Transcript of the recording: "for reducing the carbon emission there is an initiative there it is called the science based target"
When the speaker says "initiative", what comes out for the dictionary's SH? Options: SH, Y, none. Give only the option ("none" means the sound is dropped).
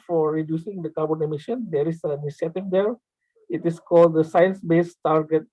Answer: none